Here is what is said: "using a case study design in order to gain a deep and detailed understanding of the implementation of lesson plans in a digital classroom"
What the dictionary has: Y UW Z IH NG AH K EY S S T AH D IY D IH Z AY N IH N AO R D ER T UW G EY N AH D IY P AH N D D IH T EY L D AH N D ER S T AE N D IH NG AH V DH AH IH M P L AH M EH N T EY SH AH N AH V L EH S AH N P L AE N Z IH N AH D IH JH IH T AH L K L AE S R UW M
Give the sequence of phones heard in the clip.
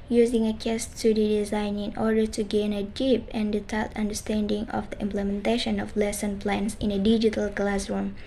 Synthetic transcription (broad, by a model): Y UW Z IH NG AH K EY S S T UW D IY D IH Z AY N IH N AO R D ER T UW G EY N AH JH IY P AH N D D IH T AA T AH N D ER S T AE N D IH NG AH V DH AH IH M P L AH M EH N T EY SH AH N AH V L EH S AH N P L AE N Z IH N AH D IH JH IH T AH L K L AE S R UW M